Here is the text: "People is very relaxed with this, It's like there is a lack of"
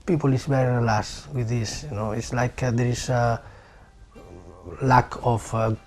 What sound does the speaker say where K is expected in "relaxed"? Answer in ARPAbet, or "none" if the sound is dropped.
none